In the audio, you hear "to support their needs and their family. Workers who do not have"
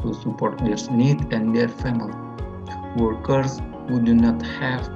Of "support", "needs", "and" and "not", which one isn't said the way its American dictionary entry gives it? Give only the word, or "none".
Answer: needs